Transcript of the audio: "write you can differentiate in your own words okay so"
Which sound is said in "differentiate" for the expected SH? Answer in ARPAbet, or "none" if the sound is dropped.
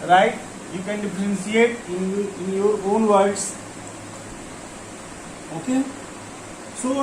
S